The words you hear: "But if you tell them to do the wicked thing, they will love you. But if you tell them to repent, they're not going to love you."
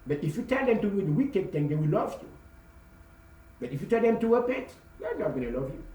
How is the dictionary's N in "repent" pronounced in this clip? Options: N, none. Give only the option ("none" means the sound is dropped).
none